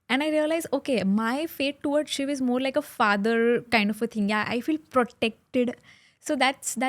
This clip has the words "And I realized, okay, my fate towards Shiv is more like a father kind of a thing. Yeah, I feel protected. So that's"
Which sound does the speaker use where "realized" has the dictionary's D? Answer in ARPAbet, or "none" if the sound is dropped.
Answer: none